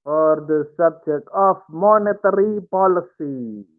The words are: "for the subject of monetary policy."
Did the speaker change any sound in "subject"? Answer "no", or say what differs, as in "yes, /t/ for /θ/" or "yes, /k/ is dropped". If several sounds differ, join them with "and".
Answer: yes, /t/ is dropped